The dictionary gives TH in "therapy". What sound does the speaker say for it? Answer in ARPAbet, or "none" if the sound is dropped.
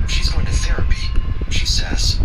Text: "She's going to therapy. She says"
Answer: TH